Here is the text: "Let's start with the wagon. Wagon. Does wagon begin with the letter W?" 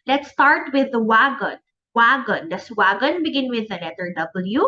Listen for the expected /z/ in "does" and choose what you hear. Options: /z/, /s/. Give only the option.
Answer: /s/